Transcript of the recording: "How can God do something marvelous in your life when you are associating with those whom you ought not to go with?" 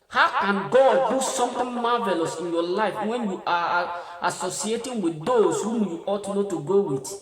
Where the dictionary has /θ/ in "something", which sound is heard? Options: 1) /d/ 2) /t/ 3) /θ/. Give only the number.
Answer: 2